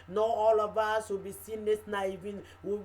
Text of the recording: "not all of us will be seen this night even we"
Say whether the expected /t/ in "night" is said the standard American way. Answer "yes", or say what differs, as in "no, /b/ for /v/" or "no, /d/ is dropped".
no, /t/ is dropped